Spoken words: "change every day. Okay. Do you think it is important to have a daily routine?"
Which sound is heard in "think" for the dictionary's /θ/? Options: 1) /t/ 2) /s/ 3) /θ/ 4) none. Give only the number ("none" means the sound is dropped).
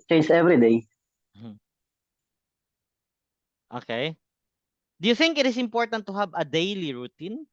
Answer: 3